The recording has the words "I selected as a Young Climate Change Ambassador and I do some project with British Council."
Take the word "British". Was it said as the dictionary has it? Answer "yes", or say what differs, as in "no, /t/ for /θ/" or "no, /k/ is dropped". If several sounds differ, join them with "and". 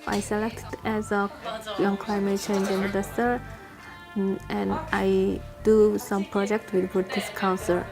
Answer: no, /ɹ/ is dropped and /s/ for /ʃ/